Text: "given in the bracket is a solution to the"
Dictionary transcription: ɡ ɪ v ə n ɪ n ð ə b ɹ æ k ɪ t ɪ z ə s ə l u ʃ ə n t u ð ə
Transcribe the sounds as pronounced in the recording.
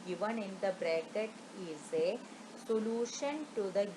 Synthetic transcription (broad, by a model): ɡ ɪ v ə n ɪ n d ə b ɹ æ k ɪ t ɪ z ə s ə l u ʃ ə n t u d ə